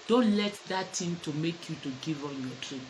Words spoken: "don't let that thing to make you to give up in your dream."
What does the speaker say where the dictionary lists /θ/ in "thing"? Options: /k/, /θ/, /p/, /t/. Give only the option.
/t/